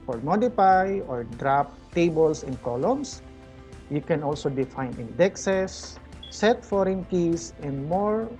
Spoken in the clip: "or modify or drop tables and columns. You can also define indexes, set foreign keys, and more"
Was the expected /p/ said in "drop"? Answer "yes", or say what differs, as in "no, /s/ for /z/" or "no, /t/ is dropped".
yes